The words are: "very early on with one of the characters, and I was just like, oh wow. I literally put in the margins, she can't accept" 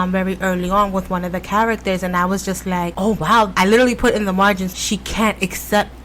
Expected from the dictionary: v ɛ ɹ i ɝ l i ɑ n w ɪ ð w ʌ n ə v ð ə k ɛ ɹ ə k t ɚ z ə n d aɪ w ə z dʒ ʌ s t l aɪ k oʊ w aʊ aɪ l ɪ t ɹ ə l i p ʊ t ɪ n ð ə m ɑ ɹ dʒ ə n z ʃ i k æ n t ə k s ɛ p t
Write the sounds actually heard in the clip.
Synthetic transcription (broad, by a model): v ɛ ɹ i ɝ l i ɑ n w ɪ ð w ʌ n ə v ð ə k ɛ ɹ ə k t ɚ z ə n aɪ w ə z dʒ ʌ s t l aɪ k oʊ w aʊ aɪ l ɪ t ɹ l i p ʊ t ɪ n ð ə m ɑ ɹ dʒ ə n z ʃ i k æ n t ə k s ɛ p t